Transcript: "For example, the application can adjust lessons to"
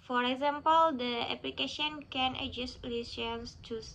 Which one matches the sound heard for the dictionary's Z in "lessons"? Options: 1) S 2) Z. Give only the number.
1